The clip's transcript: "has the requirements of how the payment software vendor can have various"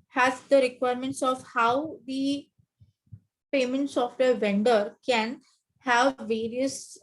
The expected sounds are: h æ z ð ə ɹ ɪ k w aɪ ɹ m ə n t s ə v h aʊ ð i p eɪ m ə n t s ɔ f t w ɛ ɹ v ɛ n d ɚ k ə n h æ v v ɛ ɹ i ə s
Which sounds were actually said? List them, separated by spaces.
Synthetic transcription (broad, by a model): h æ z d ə ɹ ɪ k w aɪ ɹ m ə n t s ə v h aʊ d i p eɪ m ə n t s ɔ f t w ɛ ɹ v ɛ n d ɚ k ə n h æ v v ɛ ɹ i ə s